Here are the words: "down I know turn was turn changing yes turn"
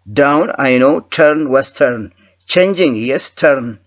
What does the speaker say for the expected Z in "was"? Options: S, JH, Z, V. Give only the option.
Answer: S